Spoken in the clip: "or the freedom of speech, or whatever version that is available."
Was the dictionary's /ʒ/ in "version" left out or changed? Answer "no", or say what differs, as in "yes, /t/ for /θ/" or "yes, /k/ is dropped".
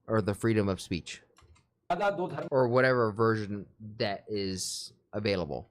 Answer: no